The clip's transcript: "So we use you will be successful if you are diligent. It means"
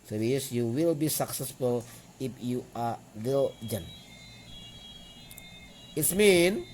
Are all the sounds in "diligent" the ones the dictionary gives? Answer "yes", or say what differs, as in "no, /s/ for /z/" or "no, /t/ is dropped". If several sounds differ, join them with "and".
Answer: no, /t/ is dropped